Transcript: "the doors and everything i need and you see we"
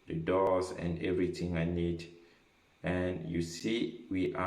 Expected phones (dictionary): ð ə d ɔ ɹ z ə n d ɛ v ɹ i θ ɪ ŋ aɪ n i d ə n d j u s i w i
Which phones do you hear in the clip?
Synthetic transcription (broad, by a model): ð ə d ɔ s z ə n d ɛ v ɹ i t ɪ ŋ aɪ n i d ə n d j u s i w i